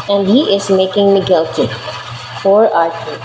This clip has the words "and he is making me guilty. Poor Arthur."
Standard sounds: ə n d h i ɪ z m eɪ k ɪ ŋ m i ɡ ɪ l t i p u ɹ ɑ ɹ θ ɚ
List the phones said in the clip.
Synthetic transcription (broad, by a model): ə n d h i ɪ z m eɪ k ɪ ŋ m i ɡ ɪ l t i f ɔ ɹ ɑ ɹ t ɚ